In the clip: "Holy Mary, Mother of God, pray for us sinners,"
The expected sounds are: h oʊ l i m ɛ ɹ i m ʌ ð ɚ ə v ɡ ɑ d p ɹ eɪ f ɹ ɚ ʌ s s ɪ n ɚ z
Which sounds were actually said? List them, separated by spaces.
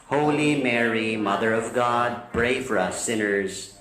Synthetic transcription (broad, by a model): h oʊ l i m ɛ ɹ i m ʌ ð ɚ ə v ɡ ɑ d b ɹ eɪ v ɹ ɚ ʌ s s ɪ n ɚ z